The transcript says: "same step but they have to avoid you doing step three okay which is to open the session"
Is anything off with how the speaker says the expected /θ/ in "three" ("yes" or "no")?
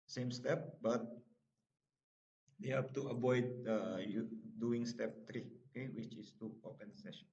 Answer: yes